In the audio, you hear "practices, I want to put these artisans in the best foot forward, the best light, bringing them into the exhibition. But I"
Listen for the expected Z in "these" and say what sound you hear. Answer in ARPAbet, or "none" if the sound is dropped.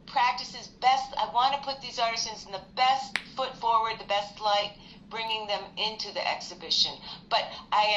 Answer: Z